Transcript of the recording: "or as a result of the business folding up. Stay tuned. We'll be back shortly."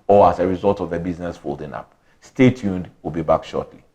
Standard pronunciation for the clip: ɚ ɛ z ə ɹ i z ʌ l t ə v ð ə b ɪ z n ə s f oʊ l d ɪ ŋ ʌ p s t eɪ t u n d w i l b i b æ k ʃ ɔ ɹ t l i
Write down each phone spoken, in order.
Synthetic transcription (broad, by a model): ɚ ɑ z ə ɹ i z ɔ l t ə v ð ə b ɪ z n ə s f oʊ l d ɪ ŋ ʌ p s t eɪ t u n d w i l b i b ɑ k ʃ ɔ t l i